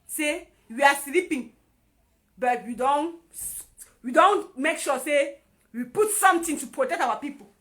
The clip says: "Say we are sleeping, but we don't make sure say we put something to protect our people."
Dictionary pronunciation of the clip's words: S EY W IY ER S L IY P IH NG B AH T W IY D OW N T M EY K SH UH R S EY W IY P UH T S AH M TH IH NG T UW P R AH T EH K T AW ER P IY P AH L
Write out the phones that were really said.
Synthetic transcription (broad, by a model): S EY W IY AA S L IY P IH NG B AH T W IY D OW N T M EY K SH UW S EY W IY P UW T S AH M T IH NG T UW P R AH T EH K T AW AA P IY P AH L